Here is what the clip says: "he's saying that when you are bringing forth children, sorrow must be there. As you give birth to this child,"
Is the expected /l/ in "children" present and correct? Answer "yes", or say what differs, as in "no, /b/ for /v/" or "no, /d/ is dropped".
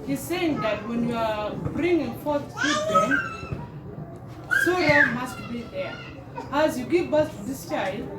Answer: no, /l/ is dropped